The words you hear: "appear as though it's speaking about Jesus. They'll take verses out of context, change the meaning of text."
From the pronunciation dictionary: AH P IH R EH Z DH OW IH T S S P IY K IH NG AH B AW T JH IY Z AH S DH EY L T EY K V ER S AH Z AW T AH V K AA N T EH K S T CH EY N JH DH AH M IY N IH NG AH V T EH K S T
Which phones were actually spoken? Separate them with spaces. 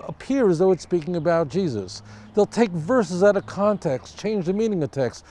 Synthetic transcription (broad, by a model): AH P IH R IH Z DH OW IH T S S P IY K IH NG AH B AW T JH IY Z AH S DH EY L T EY K V ER S AH Z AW T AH K AA N T EH K S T CH EY N JH DH AH M IY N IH NG AH V T EH K S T